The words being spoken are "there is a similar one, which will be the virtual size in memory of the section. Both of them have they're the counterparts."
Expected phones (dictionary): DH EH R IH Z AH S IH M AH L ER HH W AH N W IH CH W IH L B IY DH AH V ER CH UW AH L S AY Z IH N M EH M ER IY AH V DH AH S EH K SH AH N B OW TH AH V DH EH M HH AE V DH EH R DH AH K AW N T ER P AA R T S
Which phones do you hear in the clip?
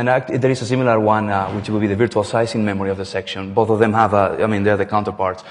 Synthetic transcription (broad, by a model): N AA R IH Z AH S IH M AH L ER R W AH N W IH CH W IH L B IY DH AH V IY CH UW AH L S AY S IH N M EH M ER IY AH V DH AH S EH K SH AH N B OW TH AH V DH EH M HH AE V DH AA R DH AH K AW N T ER P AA R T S